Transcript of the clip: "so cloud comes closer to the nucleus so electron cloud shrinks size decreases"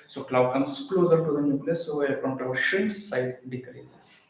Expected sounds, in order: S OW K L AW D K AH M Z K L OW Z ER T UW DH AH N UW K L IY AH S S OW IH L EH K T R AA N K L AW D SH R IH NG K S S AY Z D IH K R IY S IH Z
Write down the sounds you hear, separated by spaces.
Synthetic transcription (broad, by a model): S OW K L AW D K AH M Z K L OW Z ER T UW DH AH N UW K L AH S S OW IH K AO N T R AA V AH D SH IH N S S AY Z D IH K R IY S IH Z